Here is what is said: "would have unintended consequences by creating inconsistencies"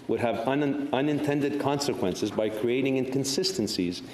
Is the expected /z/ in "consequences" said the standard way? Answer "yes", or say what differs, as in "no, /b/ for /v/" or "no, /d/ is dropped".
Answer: yes